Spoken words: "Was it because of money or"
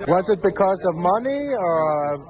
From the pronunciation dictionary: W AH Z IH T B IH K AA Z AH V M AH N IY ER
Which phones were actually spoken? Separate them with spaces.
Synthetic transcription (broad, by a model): W AH Z IH T B IH K AA Z AH V M AH N IY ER